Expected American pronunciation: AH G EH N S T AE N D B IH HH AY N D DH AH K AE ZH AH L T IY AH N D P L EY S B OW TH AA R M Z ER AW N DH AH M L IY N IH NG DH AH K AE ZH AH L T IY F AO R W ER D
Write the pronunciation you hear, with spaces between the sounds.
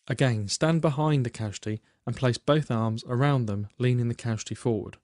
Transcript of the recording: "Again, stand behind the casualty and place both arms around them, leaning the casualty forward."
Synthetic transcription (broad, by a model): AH G EH N S T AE N B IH HH AY N DH AH K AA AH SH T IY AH N P L EY S B OW TH AA R M Z ER AW N DH AH M L IY N IH NG DH AH K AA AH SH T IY F AO R W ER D